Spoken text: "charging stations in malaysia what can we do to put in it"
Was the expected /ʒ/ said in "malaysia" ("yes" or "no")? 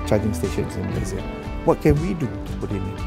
no